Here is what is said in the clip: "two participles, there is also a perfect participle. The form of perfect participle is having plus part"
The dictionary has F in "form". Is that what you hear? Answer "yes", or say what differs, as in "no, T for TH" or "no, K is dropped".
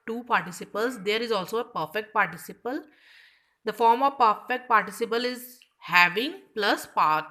yes